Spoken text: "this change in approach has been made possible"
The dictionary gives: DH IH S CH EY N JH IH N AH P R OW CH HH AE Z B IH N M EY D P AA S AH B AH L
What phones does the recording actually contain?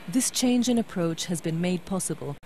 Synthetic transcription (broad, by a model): DH IH S CH EY N JH IH N AH P R OW CH HH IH Z B IH N M EY D P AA S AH B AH L